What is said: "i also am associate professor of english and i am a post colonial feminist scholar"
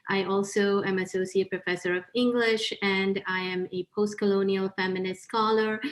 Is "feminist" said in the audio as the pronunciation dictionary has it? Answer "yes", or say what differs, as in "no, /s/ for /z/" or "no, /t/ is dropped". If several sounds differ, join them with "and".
yes